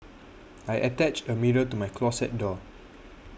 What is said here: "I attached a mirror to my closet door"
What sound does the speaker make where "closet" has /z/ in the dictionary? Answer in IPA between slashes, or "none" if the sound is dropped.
/s/